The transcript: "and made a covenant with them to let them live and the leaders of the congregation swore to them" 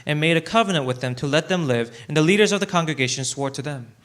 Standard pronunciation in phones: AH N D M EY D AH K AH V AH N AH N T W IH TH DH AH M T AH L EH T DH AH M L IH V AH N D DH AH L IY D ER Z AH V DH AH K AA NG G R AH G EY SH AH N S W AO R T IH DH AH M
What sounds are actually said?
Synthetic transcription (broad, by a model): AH N M EY D AH K AH V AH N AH N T W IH DH AH M T AH L EH T DH AH M L IH V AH N DH AH L IY D ER Z AH V DH AH K AA NG G R AH G EY SH AH N S W AO R T IH DH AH M